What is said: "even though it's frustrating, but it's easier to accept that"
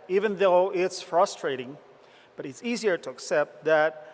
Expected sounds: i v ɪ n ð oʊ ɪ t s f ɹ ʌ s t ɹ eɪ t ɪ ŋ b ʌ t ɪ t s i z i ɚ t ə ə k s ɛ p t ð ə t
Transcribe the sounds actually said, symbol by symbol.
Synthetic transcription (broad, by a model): i v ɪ n ð oʊ ɪ t s f ɹ ʌ s t ɹ eɪ t ɪ ŋ b ʌ t ɪ t s i z i ɚ t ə ə k s ɛ p t ð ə t